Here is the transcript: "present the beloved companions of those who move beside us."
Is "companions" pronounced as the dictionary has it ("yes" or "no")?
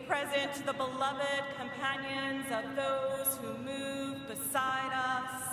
yes